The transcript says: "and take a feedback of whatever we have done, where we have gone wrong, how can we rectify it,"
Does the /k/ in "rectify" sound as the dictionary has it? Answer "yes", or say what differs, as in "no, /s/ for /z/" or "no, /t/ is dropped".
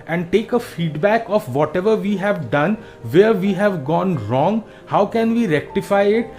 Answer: yes